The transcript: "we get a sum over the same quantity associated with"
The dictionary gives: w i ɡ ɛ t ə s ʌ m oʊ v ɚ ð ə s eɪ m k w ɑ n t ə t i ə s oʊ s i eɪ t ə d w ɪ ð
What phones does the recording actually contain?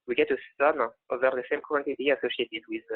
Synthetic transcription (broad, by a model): w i ɡ ɛ t ə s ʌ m oʊ v ɚ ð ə s eɪ m k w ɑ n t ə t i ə s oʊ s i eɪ t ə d w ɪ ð